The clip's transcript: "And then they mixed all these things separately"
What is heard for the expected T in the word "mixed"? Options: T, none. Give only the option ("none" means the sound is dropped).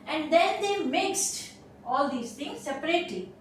T